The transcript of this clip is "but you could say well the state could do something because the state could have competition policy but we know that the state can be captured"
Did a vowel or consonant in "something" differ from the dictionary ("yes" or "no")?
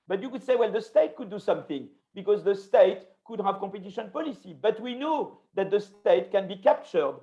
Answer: no